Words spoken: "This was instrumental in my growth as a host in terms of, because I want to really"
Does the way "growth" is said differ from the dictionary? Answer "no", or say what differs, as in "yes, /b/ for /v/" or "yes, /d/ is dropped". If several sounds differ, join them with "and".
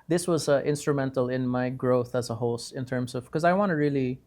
no